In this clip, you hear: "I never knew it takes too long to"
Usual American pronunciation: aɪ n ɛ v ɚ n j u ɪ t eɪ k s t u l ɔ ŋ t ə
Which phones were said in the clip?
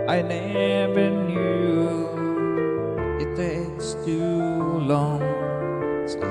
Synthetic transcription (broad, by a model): aɪ n ɛ v ɚ n j u ɪ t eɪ s t u l ɔ ŋ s